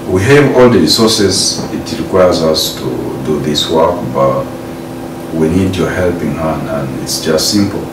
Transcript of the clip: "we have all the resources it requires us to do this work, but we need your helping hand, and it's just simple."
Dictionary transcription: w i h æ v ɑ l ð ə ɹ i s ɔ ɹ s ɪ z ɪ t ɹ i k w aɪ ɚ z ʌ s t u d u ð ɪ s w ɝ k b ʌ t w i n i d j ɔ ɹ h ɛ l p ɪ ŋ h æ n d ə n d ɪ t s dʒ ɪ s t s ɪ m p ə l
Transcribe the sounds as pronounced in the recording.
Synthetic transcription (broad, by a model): w i h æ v ɑ l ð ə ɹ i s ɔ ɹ s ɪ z ɪ t ɹ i k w aɪ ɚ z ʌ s t u d u ð ɪ s w ɝ k b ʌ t w i n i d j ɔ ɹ h ɛ l p ɪ ŋ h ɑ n ə n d ɪ t s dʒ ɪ s t s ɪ m p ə l